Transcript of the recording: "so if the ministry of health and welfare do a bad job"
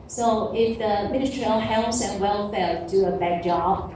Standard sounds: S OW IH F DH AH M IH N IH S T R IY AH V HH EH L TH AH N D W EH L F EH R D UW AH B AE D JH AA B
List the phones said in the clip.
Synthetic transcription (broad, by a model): S OW IH F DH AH M IH N IH S T R IY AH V HH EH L S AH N W EH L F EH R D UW AH B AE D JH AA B